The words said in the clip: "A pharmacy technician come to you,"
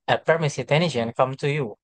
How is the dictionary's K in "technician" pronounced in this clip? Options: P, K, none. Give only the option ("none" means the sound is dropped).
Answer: none